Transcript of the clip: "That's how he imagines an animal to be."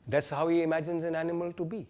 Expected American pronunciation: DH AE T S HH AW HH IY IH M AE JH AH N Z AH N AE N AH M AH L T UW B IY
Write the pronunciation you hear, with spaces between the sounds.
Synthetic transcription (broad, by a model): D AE T S HH AW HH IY IH M AE JH AH N Z AH N AE N AH M AH L T UW B IY